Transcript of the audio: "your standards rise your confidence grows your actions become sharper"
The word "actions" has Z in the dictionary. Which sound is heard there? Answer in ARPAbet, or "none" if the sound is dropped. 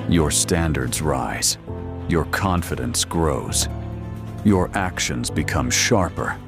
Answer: Z